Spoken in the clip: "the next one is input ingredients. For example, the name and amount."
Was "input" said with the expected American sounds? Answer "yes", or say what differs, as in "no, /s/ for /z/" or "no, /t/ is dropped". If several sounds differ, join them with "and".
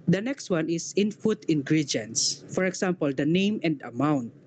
no, /f/ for /p/